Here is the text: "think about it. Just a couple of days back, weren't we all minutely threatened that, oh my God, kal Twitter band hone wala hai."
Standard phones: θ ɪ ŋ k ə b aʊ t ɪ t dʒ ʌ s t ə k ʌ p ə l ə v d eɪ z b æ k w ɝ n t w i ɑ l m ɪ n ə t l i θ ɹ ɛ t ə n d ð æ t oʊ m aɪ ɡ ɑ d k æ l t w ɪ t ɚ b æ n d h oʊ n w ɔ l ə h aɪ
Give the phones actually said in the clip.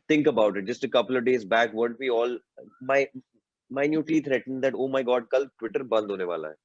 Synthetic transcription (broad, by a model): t ɪ ŋ k ə b aʊ t ɪ t dʒ ʌ s t ə k ʌ p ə l ə v d eɪ z b æ k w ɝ n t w i ɑ l m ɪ n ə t i t ɹ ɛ t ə n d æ t oʊ m aɪ ɡ ɑ d k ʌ l t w ɪ t ɚ b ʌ n d h oʊ n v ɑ l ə h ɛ